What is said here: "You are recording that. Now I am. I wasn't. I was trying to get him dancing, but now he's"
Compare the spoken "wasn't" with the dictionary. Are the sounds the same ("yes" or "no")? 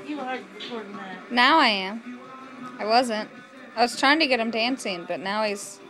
yes